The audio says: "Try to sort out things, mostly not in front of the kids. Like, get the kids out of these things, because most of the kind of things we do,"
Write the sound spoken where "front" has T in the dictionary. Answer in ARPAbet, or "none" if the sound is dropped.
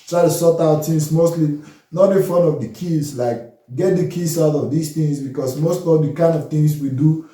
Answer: none